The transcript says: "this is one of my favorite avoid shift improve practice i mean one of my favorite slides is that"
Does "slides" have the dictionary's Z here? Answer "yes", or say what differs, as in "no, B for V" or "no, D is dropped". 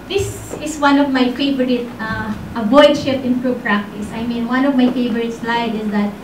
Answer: no, Z is dropped